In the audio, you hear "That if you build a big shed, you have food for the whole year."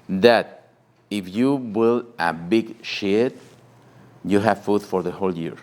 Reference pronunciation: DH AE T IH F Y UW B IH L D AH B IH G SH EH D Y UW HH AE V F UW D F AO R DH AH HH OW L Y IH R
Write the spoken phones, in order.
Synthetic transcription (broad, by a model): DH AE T IH F Y UW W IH L AH B IH G SH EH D Y UW HH AE V F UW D F AO R DH AH HH OW L Y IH R